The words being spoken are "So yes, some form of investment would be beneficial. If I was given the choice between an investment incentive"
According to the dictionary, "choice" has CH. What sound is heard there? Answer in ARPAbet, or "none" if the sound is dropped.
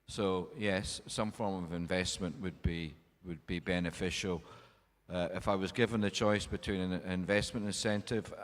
CH